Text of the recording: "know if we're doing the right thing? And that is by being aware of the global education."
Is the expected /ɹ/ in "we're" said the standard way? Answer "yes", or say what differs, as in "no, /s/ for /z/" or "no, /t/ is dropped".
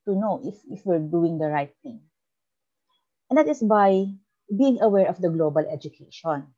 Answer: yes